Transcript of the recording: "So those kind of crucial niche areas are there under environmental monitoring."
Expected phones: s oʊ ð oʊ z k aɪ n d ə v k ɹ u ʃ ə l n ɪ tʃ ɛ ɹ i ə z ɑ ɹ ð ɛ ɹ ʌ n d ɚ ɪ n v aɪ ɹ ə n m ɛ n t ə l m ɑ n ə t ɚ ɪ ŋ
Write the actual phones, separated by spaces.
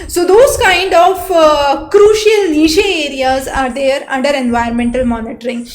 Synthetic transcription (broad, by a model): s oʊ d oʊ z k aɪ n d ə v k ɹ u ʃ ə l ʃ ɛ ɛ ɹ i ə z ɑ ɹ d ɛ ɹ ʌ n d ɚ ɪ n v aɪ ə n m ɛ n t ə l m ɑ n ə t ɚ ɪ ŋ